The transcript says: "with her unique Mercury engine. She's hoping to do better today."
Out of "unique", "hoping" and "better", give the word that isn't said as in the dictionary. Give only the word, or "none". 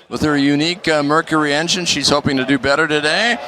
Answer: none